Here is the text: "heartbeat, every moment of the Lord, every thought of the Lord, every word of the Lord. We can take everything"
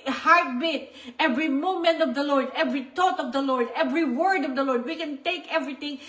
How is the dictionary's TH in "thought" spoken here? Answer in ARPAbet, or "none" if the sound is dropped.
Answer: T